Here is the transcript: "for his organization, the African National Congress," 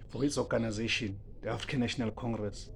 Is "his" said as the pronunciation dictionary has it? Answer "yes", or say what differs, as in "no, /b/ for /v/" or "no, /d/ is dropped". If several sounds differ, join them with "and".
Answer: no, /s/ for /z/